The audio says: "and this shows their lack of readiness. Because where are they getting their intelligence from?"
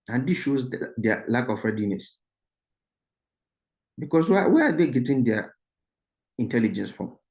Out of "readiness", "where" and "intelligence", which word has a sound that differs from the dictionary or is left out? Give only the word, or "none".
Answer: where